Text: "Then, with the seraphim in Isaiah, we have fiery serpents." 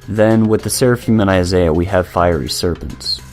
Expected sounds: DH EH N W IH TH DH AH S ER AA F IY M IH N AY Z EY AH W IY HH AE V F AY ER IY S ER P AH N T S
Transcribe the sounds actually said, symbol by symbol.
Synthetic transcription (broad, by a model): DH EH N W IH DH AH S ER AA F IY M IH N AY Z EY AH W IY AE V F AY ER IY S ER P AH N T S